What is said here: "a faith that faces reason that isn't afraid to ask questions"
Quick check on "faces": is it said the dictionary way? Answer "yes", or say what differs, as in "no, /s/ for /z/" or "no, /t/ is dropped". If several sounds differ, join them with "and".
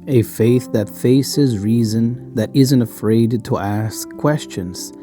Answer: yes